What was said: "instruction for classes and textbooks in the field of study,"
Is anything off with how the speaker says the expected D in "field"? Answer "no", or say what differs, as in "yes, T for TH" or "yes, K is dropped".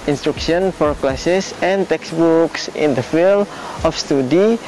yes, D is dropped